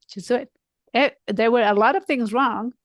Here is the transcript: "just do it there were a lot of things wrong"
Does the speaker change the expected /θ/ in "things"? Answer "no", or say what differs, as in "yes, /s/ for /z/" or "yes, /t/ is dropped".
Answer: no